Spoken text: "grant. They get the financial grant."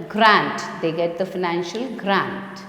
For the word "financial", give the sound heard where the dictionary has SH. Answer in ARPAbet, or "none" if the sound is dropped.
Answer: SH